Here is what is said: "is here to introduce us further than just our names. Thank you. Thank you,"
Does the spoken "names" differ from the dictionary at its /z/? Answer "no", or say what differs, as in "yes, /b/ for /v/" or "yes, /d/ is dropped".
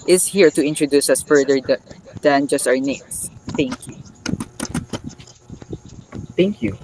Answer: yes, /z/ is dropped